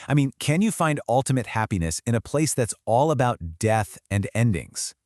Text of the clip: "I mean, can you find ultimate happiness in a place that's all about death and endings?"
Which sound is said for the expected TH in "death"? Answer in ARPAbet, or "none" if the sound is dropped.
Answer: TH